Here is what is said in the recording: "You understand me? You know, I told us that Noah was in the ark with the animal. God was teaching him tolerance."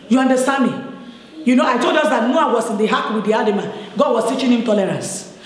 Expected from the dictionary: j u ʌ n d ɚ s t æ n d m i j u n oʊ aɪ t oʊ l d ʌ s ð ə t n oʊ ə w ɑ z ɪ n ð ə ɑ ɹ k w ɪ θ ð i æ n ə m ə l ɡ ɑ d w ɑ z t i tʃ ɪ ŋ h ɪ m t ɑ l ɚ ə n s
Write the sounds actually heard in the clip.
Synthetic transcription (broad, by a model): j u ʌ n d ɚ s t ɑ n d m i j u n oʊ aɪ t oʊ l d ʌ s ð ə t n oʊ ə w ɑ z ɪ n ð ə ɑ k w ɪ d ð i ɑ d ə m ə n ɡ ɑ d w ɑ s t i tʃ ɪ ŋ h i m t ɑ l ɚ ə n s